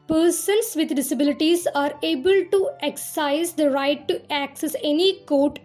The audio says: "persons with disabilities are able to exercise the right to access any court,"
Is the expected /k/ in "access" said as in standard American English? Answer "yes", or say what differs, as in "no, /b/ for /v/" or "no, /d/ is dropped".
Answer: yes